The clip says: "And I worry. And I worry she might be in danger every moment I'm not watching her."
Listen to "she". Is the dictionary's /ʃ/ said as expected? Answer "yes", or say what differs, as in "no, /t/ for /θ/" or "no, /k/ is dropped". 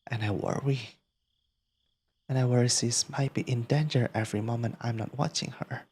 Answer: no, /s/ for /ʃ/